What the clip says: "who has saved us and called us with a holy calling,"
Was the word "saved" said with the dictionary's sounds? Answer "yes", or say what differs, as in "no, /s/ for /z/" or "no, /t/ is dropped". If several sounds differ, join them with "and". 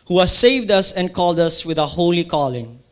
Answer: yes